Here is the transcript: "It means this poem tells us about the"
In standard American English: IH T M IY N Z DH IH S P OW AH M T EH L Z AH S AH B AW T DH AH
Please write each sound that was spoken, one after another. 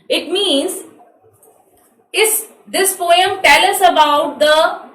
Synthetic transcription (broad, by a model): IH T M IY N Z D IH S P OW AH M T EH L AH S AH B AW T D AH